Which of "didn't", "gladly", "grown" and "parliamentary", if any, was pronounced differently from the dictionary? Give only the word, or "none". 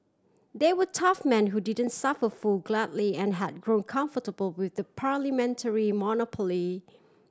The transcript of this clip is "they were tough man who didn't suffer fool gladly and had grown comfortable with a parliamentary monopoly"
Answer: none